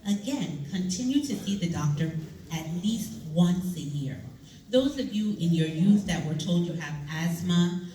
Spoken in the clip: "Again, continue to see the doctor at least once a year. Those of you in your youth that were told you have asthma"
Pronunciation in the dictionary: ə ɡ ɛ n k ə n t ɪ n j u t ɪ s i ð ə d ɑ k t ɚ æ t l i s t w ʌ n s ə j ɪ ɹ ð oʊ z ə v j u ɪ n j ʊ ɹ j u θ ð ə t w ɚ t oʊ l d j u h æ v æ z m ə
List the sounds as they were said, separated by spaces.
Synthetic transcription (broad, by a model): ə ɡ ɛ n k ə n t ɪ n j u t ɪ s i ð ə d ɑ k t ɚ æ t l i s t w ʌ n s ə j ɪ ɹ ð oʊ z ə v j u ɪ n j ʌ ɹ j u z ð ə t w ɚ t oʊ l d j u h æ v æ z m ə